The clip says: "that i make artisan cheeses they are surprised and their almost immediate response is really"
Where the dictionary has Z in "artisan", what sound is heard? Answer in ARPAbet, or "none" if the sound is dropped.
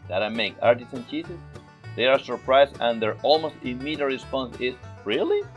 S